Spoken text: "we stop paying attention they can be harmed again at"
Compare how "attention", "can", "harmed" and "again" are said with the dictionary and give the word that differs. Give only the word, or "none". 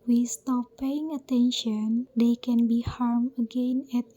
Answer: harmed